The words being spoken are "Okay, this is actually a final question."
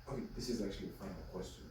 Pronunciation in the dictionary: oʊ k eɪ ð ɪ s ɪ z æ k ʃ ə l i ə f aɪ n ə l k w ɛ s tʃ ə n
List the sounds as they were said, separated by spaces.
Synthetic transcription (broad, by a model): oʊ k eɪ ð ɪ s ɪ z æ k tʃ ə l i ə f aɪ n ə l k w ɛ s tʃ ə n